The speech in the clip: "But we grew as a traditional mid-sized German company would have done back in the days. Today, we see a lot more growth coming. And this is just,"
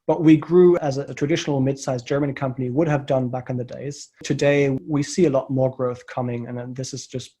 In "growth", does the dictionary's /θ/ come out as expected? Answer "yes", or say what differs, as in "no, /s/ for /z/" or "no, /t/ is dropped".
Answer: yes